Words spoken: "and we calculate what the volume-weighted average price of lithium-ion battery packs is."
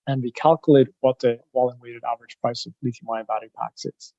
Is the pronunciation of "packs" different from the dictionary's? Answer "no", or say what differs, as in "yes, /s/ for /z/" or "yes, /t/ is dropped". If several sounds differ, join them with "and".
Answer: no